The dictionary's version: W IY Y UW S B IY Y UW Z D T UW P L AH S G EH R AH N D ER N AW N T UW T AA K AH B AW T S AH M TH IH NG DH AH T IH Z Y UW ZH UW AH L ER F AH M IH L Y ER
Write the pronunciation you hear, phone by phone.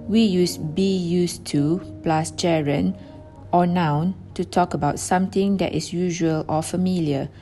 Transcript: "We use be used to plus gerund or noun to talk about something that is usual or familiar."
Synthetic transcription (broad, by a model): W IY Y UW S B IY Y UW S T UW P L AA S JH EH R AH N AO N AW N T UW T AA K AH B AW T S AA M T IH NG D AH T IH S Y UW ZH UW AH L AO F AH M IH L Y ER